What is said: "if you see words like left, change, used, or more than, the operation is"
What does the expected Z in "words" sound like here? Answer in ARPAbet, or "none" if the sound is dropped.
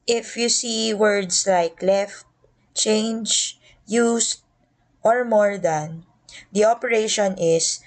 S